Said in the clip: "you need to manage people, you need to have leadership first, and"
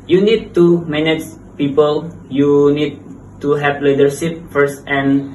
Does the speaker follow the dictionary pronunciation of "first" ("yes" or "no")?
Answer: yes